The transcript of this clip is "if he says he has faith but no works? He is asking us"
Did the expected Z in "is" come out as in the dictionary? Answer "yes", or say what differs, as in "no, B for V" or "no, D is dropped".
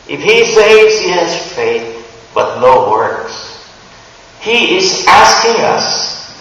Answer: yes